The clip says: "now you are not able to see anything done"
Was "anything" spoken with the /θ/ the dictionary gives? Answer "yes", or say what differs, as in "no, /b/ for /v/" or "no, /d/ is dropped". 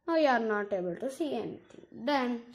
no, /t/ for /θ/